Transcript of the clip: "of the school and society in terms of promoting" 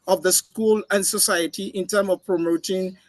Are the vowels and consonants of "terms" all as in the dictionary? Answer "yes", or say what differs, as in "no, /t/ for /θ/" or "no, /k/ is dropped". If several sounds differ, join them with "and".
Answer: no, /z/ is dropped